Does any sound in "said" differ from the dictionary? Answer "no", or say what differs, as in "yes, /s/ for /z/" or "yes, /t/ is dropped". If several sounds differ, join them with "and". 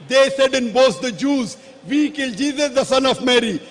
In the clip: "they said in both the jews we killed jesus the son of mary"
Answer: no